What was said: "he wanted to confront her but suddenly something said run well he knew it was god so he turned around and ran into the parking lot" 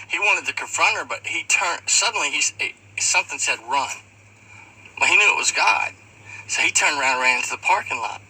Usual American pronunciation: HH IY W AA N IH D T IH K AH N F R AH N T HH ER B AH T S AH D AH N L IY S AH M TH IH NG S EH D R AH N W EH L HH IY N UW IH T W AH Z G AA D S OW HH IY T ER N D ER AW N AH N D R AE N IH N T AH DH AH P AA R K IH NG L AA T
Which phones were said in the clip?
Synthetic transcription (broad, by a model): HH IY W AA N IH D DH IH K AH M F R AH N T ER B AH T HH AH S AH N L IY S AH M TH IH NG S EH D R AH N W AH HH IY N UW IH T W AH Z G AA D S OW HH IY T ER N D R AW AH N D R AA IH N T AH DH AH P AA R K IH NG L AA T